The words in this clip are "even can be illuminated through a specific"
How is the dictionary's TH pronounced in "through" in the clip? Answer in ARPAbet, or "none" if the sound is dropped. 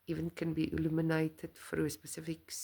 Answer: F